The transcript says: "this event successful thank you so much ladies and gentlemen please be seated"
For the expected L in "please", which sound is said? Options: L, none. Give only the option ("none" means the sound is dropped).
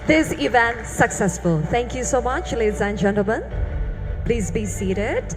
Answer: L